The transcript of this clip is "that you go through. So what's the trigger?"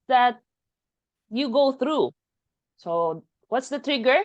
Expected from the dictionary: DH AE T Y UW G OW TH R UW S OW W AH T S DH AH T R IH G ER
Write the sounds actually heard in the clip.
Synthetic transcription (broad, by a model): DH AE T Y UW G OW TH R UW S OW W AH T S DH AH T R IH G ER